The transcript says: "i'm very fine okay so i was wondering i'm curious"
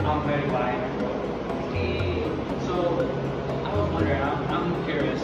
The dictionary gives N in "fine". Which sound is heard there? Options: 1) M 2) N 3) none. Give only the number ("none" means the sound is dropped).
3